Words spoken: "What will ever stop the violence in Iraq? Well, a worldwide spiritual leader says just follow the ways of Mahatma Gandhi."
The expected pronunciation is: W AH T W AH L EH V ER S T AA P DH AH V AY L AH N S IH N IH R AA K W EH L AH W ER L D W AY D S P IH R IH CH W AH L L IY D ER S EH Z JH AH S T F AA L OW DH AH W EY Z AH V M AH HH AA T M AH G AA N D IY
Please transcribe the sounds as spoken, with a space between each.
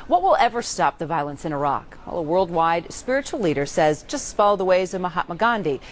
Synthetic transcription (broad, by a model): W AH T W AH L EH V ER S T AA P DH AH V AY L AH N S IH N IH R AA K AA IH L AH W ER L D W AY D S P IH R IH CH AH L L IY D ER S EH Z JH AH S T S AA L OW DH AH W EY Z AH V M AH HH AA T M AH G AA N D IY